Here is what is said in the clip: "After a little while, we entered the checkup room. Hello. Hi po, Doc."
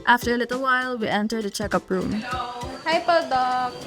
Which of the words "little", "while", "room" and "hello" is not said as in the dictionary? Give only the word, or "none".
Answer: hello